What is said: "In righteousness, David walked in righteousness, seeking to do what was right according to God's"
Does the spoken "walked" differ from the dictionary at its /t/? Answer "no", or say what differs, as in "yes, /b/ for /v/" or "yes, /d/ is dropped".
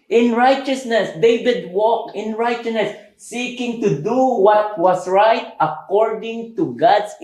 yes, /t/ is dropped